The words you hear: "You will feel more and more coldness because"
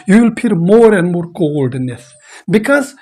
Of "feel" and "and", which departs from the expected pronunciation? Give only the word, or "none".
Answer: feel